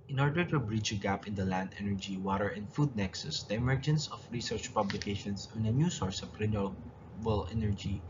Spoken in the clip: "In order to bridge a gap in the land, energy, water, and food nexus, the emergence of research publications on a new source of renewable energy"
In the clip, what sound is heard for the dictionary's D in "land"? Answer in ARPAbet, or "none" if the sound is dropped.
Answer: D